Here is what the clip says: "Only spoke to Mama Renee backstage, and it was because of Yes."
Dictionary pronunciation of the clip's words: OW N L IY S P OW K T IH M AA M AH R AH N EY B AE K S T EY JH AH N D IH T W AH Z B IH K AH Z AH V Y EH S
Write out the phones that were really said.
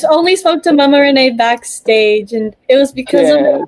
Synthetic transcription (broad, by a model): OW N L IY S P OW K T IH M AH M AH R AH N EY B AE K S T EY JH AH N IH T W AH Z B IH K AH Z AH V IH